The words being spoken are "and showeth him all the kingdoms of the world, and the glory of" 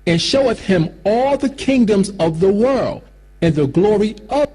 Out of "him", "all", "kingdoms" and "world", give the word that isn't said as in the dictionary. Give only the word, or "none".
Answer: none